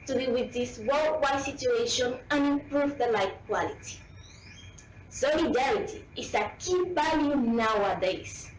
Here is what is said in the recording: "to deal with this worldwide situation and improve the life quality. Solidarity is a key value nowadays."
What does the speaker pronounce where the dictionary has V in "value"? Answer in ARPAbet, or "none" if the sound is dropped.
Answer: B